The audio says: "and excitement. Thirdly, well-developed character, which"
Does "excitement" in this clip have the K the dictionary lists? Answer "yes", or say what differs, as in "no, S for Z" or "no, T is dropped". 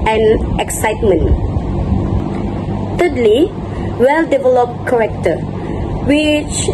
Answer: yes